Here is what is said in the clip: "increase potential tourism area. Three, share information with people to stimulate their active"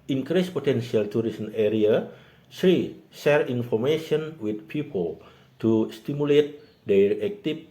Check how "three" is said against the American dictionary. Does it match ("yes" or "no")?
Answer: no